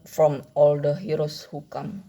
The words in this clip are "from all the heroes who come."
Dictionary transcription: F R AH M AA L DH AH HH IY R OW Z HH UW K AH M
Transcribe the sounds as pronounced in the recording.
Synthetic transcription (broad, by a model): F R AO M AA L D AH HH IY R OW S HH UW K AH M